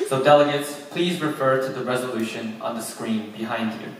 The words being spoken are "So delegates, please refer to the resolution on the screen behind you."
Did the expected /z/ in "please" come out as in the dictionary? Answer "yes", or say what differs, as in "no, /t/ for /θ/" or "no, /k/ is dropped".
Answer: yes